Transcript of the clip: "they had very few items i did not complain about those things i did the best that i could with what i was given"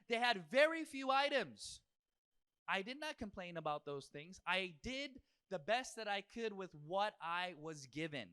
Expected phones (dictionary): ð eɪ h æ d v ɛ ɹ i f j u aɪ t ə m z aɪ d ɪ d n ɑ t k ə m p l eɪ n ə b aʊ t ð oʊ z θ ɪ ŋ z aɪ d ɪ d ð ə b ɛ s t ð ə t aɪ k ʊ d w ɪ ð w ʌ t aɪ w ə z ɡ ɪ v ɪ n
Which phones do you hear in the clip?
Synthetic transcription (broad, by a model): ð eɪ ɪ d v ɛ ɹ i f j u aɪ t ə m z aɪ d ɪ d n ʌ t k ə m p l eɪ n ə b aʊ t ð oʊ z θ ɪ ŋ z aɪ d ɪ d ð ə b ɛ s t ð ə t aɪ k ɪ d w ɪ ð w ʌ t aɪ w ə z ɡ ɪ v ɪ n